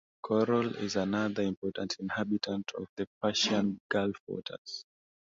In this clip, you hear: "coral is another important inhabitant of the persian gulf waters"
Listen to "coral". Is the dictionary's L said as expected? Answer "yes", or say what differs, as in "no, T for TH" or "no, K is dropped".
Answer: yes